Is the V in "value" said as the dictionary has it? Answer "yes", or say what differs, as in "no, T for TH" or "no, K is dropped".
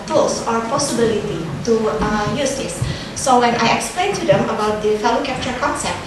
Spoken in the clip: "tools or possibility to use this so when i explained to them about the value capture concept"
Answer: no, F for V